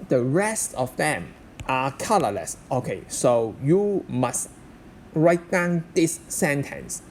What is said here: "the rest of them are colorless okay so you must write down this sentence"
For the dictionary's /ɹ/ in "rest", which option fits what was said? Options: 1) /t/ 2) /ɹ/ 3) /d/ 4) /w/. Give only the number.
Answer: 2